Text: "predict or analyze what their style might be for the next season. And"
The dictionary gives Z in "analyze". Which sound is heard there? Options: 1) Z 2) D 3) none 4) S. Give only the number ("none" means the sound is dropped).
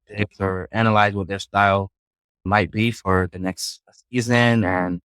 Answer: 1